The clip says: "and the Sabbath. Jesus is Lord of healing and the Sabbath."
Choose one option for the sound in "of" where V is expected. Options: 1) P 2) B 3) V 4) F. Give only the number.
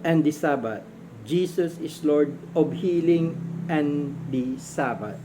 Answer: 2